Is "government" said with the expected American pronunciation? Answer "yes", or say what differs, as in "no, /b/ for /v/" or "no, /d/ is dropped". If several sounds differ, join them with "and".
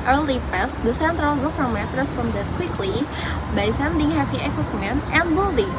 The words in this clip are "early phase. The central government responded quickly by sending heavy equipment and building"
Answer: no, /n/ is dropped